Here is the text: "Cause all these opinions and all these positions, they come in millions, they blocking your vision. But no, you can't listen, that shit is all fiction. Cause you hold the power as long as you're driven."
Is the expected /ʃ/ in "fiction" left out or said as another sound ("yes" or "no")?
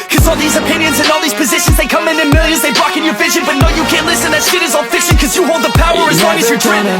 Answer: yes